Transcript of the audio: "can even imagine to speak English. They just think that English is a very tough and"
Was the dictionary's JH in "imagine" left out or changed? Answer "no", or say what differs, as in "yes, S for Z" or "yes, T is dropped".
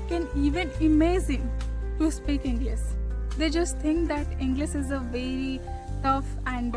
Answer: yes, Z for JH